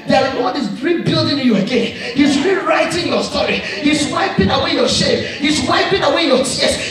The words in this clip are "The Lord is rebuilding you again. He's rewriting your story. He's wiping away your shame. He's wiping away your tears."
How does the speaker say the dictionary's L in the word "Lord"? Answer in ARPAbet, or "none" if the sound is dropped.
W